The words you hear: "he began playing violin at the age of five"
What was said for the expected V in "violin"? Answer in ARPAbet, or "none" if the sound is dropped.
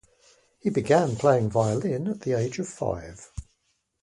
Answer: V